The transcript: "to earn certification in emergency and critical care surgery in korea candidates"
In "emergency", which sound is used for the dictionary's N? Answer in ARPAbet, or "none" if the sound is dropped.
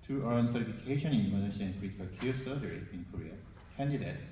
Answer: none